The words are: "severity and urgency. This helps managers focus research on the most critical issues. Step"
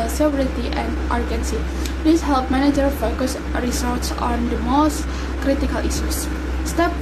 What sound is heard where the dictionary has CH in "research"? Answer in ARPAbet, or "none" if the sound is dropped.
S